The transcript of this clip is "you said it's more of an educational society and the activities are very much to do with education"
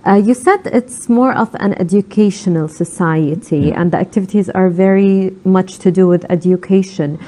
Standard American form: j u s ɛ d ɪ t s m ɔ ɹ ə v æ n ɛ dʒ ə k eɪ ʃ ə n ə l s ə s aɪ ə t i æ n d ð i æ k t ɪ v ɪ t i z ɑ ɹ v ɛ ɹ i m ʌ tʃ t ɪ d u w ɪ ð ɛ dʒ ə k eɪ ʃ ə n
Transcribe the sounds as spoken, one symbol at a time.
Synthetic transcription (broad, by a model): j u s ɛ d ɪ t s m ɔ ɹ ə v æ n ɛ dʒ ə k eɪ ʃ ə n ə l s ə s aɪ ə t i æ n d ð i æ k t ɪ v ɪ t i z ɑ ɹ v ɛ ɹ i m ʌ tʃ t ɪ d u w ɪ ð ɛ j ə k eɪ ʃ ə n